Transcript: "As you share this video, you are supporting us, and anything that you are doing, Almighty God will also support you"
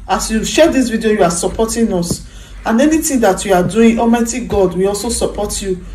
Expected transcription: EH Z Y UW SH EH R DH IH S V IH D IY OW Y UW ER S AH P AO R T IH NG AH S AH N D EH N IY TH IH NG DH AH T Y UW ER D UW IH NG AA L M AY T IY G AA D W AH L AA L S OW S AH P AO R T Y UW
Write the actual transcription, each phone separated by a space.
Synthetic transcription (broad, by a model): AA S Y UW SH EH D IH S V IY D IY OW Y UW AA S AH P AO T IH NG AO S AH N EH N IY T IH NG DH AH T Y UW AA D UW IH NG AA M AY T IY G AA D W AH AA L S OW S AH P AO T Y UW